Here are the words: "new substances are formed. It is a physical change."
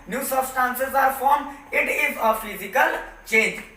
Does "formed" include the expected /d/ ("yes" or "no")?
no